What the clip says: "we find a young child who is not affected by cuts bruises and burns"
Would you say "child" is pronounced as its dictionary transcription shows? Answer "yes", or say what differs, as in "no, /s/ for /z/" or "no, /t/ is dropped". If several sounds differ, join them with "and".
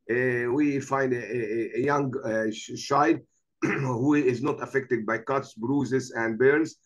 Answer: no, /ʃ/ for /tʃ/ and /l/ is dropped